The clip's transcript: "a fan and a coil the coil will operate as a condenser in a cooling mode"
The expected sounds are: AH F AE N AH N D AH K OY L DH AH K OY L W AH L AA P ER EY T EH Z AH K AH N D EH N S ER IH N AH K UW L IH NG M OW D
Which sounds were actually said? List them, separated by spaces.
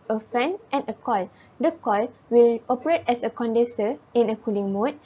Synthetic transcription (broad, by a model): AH F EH N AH N AH K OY L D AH K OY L W AH L AA P ER EY T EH S AH K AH N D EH S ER IH N AH K UW L IH NG M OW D